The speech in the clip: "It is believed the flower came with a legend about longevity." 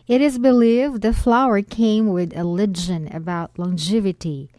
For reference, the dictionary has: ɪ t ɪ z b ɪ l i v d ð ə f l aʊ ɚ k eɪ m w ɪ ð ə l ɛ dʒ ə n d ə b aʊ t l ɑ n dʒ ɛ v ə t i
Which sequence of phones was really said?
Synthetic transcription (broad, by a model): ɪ t ɪ z b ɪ l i v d ð ə f l aʊ ɚ k eɪ m w ɪ ð ə l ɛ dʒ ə n ə b aʊ t l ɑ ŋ dʒ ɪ v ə t i